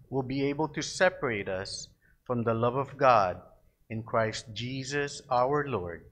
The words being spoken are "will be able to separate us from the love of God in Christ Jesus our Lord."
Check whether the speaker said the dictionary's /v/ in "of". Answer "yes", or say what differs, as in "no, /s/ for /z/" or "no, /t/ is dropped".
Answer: yes